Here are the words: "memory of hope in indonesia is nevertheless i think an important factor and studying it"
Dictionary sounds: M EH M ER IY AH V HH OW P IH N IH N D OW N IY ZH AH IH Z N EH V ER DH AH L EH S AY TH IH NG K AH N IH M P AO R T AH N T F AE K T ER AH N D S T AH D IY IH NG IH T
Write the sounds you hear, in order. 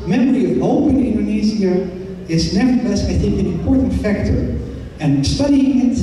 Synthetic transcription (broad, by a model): M EH M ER IY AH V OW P IH N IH N D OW N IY Z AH IH Z N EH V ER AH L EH S AY TH IH NG K AH N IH M P AO R T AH N T F AE K T ER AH N S T AH D IY IH NG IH T